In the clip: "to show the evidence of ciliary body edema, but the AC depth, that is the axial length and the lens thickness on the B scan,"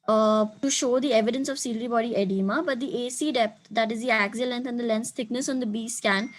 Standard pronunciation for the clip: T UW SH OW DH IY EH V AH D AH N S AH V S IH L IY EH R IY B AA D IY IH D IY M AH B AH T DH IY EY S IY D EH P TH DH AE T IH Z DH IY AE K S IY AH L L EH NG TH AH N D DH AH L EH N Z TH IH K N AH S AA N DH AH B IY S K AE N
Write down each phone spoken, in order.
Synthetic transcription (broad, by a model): T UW SH OW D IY EH V AH D AH N S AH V S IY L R IY B AA D IY IH D IY M AH B AH T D IY EY S IY D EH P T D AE T IH Z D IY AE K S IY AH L L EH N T AH N D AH L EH N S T IH K N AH S AA N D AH B IY S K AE N